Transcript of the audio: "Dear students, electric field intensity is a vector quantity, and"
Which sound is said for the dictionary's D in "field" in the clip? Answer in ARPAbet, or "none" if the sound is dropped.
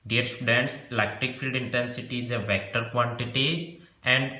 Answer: D